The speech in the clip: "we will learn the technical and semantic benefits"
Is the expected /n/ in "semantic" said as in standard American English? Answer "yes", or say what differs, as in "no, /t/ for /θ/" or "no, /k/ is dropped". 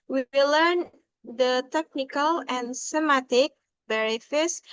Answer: no, /n/ is dropped